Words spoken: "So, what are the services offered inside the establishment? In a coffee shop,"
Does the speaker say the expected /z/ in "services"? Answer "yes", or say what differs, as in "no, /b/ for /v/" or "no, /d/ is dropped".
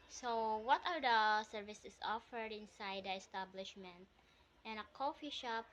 no, /s/ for /z/